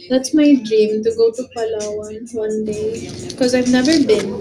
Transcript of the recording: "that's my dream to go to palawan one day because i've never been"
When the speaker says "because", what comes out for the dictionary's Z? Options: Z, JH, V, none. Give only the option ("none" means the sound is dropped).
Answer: Z